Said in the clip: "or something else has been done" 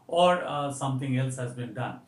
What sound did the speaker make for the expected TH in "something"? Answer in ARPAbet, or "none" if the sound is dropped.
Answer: T